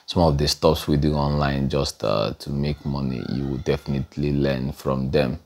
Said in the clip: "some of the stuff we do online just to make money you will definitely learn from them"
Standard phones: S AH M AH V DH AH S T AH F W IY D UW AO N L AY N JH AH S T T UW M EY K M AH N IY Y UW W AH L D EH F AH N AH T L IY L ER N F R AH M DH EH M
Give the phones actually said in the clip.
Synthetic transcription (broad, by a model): S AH M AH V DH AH S T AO P W IY D UW AO N L AY N JH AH S T T UW M EY K M AH N IY Y UW W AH D EH F AH N AH T L IY L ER N F R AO M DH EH M